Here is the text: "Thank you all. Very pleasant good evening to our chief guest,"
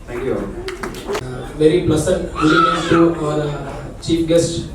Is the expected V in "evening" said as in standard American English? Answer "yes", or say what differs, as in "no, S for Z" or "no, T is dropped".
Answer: no, V is dropped